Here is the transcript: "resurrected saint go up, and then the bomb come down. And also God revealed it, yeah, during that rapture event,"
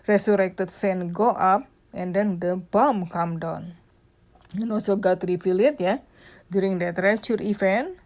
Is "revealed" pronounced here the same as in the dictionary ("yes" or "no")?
no